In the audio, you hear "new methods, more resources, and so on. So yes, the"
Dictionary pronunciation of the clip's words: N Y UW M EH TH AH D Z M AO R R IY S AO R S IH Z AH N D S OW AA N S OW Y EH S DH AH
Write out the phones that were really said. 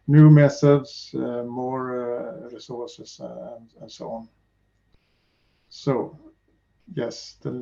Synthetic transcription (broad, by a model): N Y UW M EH S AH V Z M AO R R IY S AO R S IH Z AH N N S OW AA N S OW Y EH S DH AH